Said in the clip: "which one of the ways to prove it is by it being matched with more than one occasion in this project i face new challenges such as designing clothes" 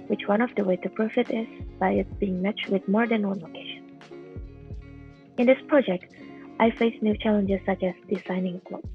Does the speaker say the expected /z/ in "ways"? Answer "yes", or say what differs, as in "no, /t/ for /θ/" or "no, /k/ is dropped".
no, /z/ is dropped